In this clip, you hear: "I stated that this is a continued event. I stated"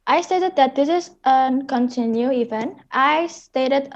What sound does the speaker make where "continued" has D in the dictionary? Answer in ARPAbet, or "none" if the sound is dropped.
none